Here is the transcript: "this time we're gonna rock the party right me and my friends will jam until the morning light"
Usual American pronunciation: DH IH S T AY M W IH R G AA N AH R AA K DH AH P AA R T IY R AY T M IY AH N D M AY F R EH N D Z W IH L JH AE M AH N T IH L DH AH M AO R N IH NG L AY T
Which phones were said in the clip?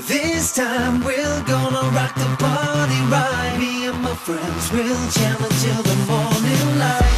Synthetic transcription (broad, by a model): DH IH S T AY M W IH L G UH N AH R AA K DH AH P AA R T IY R AY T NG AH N M AY F R EH N D Z W IH L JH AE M AH N T IH L DH AH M AO R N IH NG L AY